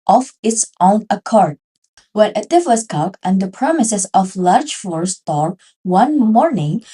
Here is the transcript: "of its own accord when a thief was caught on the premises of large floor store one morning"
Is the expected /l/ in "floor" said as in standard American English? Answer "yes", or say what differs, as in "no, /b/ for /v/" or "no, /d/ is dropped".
no, /l/ is dropped